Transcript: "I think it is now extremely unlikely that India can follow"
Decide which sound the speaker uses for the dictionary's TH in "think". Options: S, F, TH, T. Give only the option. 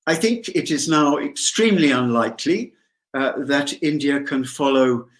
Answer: TH